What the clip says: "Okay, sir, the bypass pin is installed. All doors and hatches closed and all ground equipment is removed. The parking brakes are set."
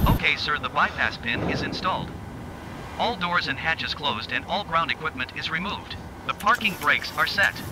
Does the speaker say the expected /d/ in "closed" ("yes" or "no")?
yes